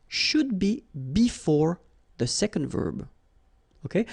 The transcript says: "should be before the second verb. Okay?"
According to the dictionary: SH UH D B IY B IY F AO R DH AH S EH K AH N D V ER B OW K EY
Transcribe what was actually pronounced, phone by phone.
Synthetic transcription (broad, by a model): SH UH D B IY B IY F AO R DH AH S EH K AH N D V ER B OW K EY